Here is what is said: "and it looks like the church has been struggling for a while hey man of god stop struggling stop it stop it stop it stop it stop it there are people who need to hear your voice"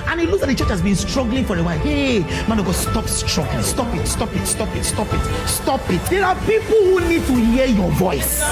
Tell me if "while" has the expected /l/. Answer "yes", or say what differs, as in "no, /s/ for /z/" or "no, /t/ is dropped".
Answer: no, /n/ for /l/